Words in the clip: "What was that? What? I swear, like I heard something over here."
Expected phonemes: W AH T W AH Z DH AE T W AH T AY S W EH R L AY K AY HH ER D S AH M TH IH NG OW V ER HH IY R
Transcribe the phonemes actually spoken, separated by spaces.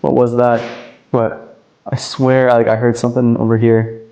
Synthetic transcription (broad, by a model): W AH T W AH Z DH AE T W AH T AY S W EH R L AY K AY HH ER D S AH M TH IH NG OW V ER HH IY R